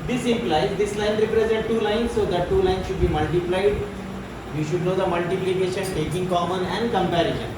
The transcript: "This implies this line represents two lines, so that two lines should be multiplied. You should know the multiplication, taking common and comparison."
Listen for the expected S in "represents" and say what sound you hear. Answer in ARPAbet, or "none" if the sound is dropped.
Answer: none